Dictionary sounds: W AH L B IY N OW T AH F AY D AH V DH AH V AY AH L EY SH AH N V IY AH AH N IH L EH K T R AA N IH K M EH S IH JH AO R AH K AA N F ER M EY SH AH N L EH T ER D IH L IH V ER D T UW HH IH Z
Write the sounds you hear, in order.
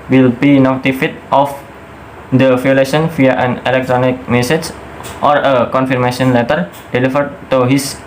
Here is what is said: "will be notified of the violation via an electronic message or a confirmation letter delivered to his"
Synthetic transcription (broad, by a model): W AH L B IY N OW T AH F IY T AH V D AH F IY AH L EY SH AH N F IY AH AH N IH L EH K T R AA N IH K M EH S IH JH AO R AH K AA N F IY M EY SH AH N L EH T ER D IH L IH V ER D T UW HH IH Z